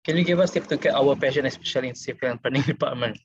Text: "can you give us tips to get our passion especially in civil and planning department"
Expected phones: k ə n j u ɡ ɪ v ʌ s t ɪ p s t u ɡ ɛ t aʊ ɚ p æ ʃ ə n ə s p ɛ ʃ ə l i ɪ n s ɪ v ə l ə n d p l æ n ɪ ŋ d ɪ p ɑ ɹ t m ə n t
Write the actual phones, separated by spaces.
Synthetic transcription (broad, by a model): k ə n j u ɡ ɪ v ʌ s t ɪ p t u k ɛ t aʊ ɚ p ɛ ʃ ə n ə s p ɛ ʃ ə l i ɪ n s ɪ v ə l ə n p ɑ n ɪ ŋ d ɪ p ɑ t m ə n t